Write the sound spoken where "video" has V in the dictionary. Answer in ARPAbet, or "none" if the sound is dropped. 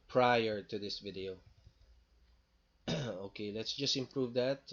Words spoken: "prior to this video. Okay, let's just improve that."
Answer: V